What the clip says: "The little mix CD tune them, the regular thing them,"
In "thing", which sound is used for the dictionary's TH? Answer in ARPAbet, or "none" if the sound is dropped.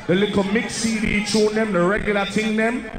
T